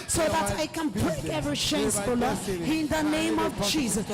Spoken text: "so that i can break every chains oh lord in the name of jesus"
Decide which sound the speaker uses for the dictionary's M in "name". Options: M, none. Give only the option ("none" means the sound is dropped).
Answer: M